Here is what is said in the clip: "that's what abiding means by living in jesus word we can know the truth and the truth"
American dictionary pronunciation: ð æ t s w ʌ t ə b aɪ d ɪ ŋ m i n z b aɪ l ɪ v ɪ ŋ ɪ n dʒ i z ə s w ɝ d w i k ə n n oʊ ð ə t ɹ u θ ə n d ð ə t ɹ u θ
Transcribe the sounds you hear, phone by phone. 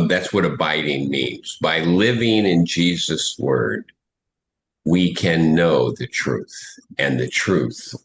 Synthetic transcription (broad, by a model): ð æ t s w ʌ t ə b aɪ d ɪ ŋ m i n z b aɪ l ɪ v ɪ ŋ ɪ n dʒ i z ə s w ɝ d w i k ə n n oʊ ð ə t ɹ u θ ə n ð ə t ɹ u θ